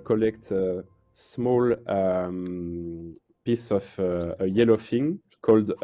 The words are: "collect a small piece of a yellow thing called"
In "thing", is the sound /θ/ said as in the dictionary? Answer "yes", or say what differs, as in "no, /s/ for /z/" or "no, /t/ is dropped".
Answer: no, /f/ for /θ/